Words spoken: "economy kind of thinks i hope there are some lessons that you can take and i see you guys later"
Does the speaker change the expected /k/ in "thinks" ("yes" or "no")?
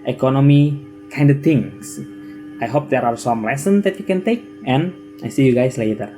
yes